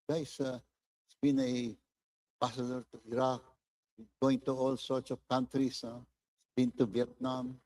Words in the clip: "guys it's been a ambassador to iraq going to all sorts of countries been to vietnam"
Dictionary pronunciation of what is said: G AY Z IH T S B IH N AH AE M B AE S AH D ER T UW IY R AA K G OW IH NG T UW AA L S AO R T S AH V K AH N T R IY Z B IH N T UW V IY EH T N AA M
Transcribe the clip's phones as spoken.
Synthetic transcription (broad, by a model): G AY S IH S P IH N AH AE B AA S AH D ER T UW IY R AA K G OW IH NG T UW AA L S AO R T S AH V K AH N T R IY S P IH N T UW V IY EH T N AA M